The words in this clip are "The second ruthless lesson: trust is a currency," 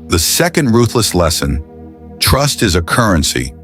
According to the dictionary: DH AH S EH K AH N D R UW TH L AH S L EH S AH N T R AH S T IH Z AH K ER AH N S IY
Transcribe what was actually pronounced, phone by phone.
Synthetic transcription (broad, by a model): DH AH S EH K AH N D R UW TH L AH S L EH S AH N T R AH S T IH Z AH K ER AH N S IY